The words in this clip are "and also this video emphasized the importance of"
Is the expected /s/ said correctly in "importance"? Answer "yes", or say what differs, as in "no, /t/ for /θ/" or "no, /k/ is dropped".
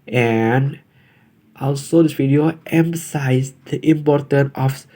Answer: no, /s/ is dropped